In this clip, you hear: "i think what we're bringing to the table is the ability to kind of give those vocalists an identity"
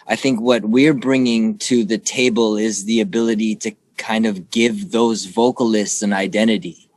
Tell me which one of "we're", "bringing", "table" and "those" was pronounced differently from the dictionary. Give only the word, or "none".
none